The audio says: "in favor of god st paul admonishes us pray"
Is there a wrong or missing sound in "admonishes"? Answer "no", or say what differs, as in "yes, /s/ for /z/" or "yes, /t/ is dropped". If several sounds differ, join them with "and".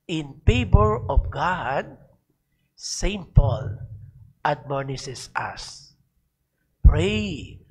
yes, /s/ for /ʃ/ and /s/ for /z/